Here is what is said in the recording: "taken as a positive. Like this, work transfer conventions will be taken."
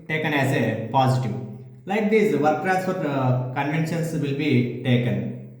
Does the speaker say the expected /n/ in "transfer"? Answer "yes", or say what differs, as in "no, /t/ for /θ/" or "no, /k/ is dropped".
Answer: no, /n/ is dropped